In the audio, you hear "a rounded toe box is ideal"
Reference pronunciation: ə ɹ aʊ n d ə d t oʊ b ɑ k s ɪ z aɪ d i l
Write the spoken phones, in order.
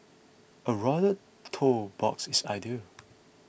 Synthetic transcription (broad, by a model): ə ɹ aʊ d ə t oʊ b ɑ k s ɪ s aɪ d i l